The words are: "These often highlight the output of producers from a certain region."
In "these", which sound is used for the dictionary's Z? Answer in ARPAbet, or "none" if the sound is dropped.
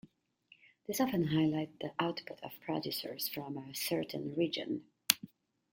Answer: S